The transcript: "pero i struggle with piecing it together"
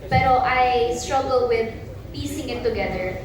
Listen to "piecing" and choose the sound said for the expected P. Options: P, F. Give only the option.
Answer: P